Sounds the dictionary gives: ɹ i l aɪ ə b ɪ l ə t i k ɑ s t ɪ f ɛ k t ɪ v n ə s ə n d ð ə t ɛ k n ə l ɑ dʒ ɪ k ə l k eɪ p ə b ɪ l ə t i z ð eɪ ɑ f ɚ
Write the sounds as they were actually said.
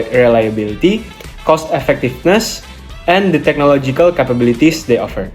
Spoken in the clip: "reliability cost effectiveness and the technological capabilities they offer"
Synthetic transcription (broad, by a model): ɹ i l aɪ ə b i l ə t i k ɑ s t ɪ f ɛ k t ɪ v n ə s ə n d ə t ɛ k n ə l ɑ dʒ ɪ k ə l k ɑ p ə b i l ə t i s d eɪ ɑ f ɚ